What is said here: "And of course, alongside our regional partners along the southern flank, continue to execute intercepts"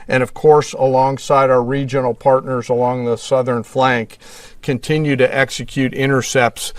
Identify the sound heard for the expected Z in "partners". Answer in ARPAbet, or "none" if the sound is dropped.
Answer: Z